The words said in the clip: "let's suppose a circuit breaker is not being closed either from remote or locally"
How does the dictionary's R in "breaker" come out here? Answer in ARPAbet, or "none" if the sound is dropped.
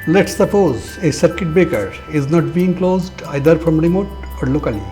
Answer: none